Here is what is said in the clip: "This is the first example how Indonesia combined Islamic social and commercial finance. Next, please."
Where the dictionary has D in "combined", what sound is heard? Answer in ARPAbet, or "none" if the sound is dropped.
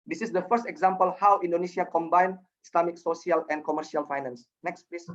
none